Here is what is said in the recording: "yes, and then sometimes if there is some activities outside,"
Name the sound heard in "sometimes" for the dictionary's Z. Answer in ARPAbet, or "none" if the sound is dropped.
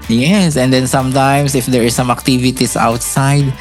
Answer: S